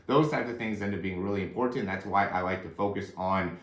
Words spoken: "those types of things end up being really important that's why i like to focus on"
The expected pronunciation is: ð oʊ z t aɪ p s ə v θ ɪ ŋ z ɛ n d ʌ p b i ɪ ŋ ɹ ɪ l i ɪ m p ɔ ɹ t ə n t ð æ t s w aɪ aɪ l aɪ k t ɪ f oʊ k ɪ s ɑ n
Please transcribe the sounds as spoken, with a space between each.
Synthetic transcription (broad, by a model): ð oʊ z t aɪ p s ə v θ ɪ ŋ z ɛ n d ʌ b i ɪ ŋ ɹ ɪ l i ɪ m p ɔ ɹ t n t ð æ t s w aɪ aɪ l aɪ k t ɪ f oʊ k ɪ s n